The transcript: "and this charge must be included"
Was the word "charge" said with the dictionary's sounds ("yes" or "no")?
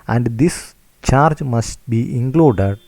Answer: yes